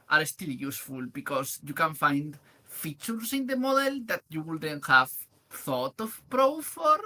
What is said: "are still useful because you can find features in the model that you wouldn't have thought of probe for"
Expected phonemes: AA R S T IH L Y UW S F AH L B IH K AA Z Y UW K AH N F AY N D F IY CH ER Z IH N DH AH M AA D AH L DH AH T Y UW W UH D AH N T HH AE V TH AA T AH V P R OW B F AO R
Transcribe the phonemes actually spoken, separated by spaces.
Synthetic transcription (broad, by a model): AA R S T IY L Y UW S F AH L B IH K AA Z Y UW K AH N F AY N D F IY CH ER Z IH N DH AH M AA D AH L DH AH T Y UW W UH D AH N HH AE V TH AA T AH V P R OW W F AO R